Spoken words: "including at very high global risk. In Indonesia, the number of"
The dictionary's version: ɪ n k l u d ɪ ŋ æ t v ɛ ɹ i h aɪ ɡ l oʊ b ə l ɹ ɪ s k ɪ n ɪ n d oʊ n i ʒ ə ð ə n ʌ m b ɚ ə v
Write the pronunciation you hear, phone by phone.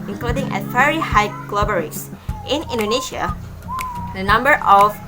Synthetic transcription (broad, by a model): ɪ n k l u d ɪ ŋ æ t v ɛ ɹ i h aɪ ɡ l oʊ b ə ɹ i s ɪ n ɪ n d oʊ n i ʃ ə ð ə n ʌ m b ɚ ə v